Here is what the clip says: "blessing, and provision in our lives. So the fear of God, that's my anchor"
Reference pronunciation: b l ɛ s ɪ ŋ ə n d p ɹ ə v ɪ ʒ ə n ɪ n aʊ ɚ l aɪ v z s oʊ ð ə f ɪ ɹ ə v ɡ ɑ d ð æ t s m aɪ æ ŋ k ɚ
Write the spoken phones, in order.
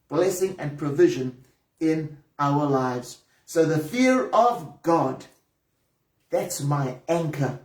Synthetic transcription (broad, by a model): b l ɛ s ɪ ŋ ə n p ɹ ə v ɪ ʒ ə n ɪ n aʊ ɚ l aɪ v z s oʊ ð ə f ɪ ɹ ə v ɡ ɑ d ð æ t s m aɪ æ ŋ k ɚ